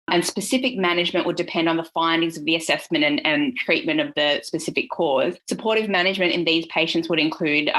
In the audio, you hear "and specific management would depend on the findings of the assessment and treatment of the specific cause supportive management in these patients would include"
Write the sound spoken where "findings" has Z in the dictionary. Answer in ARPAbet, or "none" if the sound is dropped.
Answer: Z